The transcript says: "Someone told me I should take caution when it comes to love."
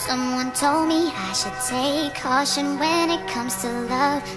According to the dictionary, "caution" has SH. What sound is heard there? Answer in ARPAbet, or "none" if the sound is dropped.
SH